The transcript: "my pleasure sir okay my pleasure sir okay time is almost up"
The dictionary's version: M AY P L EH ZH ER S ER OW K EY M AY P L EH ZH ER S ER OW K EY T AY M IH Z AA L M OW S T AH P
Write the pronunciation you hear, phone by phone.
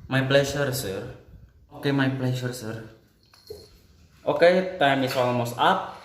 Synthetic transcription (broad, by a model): M AY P L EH SH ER S ER OW K EY M AY P L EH SH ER S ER OW K EY T AY M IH S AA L M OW S AA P